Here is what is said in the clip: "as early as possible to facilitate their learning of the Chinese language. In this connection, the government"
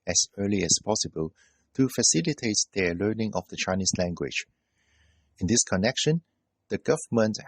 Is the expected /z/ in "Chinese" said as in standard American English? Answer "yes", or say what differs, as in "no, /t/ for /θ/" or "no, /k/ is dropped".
no, /s/ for /z/